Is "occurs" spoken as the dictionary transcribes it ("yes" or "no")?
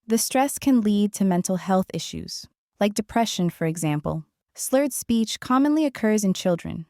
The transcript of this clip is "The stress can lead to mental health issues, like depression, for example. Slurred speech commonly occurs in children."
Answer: yes